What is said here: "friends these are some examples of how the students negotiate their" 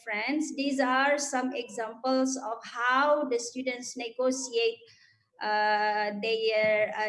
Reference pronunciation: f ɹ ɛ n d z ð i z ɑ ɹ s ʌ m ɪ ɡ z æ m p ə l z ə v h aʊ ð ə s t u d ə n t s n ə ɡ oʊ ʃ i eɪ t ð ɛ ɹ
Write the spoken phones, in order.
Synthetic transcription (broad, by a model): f ɹ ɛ n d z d i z ɑ ɹ s ʌ m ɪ ɡ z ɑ m p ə l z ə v h aʊ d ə s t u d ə n t s n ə ɡ oʊ s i eɪ t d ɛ ɹ